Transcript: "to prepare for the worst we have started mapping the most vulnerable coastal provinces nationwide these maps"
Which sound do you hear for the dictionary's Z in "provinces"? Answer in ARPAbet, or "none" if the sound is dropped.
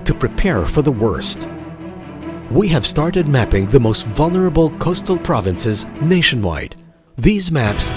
Z